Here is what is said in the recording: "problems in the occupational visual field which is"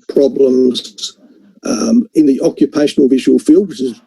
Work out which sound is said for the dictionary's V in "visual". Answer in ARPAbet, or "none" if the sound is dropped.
V